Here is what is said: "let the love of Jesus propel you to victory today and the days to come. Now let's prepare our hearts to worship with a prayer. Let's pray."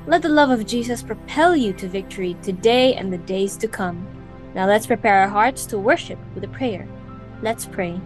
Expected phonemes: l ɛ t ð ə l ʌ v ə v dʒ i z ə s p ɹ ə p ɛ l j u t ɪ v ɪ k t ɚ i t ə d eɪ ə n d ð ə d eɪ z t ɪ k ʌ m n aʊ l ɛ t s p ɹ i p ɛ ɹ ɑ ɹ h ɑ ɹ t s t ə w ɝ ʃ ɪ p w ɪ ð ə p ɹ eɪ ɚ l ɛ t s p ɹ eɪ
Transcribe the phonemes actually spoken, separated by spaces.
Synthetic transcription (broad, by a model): l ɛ t ð ə l ʌ v ə v dʒ i z ə s p ɹ ə p ɛ l j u t ɪ v ɪ k t ɚ i t ə d eɪ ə n ð ə d eɪ z t ɪ k ʌ m n aʊ l ɛ t s p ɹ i p ɛ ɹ ɹ h ɑ ɹ t s t ə w ɝ ʃ ɪ p w ɪ ð ə p ɹ eɪ ɚ l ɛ t s p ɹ eɪ